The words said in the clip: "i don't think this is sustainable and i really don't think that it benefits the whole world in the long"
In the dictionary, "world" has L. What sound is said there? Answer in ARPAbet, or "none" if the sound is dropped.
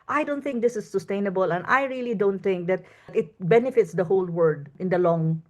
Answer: none